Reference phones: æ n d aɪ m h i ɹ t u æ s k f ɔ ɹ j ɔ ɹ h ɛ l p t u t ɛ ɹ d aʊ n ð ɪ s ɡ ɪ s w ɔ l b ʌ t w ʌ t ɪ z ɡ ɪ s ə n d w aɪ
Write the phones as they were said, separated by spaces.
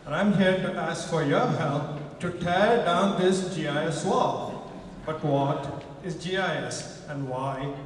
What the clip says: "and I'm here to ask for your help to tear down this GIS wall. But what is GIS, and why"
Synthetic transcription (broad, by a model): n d aɪ m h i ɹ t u æ s k f ɔ ɹ j ɔ ɹ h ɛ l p t u t ɛ ɹ d aʊ n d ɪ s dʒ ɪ s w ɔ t b ʌ t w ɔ t ɪ z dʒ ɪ s ə n d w aɪ